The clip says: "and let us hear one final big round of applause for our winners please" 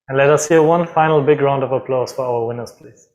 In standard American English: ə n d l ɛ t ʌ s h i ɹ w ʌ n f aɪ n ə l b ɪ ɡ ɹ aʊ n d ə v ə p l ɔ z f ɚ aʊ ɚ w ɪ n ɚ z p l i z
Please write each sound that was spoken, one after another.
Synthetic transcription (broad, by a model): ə n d l ɛ t ʌ s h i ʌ w ʌ n f aɪ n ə l b ɪ ɡ ɹ aʊ n d ə v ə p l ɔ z f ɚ aʊ ɚ w ɪ n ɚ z p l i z